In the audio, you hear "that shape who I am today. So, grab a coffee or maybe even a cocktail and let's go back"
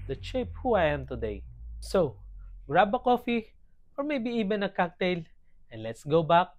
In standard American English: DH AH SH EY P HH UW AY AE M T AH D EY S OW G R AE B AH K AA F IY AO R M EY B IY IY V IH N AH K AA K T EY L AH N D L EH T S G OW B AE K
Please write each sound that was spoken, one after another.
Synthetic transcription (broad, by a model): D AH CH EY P HH UW AY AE M T AH D EY S OW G R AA B AH K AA F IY AO R M EY B IY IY B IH N AH K AA K T EY L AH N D L EH T S G OW B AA K